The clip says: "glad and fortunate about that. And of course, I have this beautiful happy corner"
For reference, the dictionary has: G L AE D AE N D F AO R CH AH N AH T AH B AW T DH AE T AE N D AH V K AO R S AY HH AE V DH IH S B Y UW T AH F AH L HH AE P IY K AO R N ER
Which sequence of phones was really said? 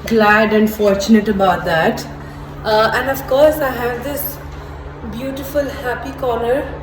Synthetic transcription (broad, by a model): G L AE D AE N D F AO R CH AH N AH T AH B AW T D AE T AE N D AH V K AO R S AY HH AE V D IH S B Y UW T AH F AH L HH AE P IY K AO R N ER